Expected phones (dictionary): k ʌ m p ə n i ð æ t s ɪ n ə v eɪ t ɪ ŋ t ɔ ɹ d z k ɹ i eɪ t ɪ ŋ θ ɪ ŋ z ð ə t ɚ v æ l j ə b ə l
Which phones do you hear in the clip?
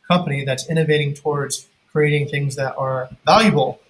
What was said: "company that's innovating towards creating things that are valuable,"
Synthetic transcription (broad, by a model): k ʌ m p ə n i ð æ t s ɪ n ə v eɪ t ɪ ŋ t ɔ ɹ d z k ɹ i eɪ t ɪ ŋ θ ɪ ŋ z ð ə t ɚ v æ l j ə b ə l